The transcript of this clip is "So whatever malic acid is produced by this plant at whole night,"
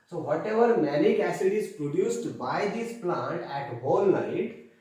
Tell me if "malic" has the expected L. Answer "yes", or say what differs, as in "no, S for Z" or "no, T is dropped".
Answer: no, N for L